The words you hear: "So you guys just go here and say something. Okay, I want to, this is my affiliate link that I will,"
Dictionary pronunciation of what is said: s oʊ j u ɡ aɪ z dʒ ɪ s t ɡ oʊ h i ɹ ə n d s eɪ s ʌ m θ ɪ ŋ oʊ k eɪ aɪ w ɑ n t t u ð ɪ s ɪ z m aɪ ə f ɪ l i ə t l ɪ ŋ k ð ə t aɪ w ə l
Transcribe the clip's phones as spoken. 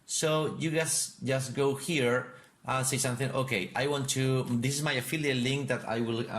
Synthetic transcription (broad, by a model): s oʊ j u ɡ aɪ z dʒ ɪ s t ɡ oʊ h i ɹ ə n s eɪ s ʌ m θ ɪ ŋ oʊ k eɪ aɪ w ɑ n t t u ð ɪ s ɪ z m aɪ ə f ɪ l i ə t l ɪ ŋ k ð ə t aɪ w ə l